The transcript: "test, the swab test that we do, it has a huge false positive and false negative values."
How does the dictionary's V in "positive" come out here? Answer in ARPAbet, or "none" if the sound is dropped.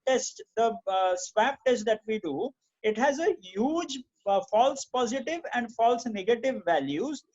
V